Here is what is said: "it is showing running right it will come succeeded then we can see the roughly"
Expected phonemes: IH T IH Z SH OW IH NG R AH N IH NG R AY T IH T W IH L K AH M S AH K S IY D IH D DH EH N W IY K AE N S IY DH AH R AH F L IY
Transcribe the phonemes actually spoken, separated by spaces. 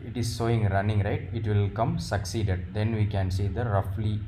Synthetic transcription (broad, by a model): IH T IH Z S OW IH NG R AH N IH NG R AY T IH T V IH L K AH M S AH K S IY D IH D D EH N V IY K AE N S IY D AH R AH F L IY